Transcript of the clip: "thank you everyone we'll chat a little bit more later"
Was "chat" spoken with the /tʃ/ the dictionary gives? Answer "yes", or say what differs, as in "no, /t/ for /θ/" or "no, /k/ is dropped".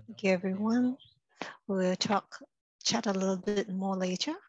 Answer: yes